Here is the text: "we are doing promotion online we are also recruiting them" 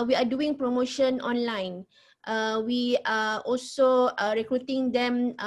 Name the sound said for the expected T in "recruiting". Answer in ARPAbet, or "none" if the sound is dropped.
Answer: T